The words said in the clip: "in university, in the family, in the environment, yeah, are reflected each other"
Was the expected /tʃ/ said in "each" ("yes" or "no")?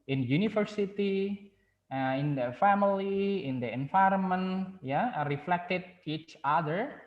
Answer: yes